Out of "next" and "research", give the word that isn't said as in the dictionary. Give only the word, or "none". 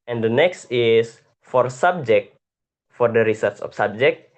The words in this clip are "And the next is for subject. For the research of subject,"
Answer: research